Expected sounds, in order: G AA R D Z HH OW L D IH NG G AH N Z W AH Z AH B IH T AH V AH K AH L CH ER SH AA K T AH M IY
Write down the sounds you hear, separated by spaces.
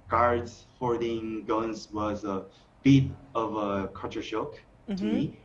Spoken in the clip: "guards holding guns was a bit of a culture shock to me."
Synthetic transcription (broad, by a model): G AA R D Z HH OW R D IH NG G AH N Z W AH Z AH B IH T AH V AH K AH CH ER SH AA K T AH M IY